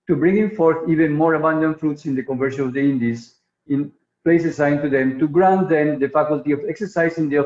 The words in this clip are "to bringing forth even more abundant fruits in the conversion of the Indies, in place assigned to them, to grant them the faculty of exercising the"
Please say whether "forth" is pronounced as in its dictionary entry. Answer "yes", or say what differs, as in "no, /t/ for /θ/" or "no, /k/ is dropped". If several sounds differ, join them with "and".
yes